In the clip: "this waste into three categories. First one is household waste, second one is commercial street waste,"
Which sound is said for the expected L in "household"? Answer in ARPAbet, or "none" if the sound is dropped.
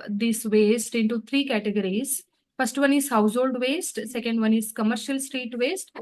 L